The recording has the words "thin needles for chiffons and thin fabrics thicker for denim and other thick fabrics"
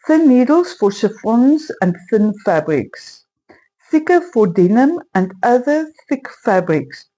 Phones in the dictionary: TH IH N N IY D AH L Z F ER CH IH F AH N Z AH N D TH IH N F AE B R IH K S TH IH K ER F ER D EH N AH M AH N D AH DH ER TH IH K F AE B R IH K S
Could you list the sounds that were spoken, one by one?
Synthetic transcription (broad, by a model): TH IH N N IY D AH L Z F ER SH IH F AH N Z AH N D TH IH N F AE B R IH K S TH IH K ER F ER D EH N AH M AH N D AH DH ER TH IH K F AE B R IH K S